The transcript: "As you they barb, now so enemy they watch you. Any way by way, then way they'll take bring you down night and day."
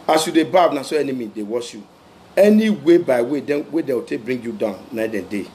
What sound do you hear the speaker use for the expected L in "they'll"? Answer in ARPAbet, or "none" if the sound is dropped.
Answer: W